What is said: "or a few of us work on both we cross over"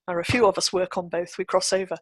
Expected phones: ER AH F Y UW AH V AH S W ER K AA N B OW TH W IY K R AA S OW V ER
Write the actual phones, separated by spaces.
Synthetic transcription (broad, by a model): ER AH F Y UW AH V AH S W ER K N B OW TH W IY K R AA S OW V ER